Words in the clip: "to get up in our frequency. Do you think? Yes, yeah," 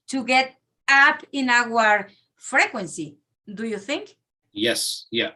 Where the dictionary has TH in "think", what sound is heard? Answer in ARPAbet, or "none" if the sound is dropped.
TH